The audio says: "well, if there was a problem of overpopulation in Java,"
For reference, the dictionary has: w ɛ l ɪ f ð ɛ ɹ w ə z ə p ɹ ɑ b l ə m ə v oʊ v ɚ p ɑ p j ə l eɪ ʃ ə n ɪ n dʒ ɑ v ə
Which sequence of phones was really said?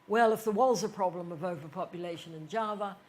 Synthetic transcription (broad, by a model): w ɛ l ɪ f ð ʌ ɹ w ə z ə p ɹ ɑ b l ə m ə v oʊ v ɚ p ɑ p j ə l eɪ ʃ ə n ɪ n dʒ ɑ v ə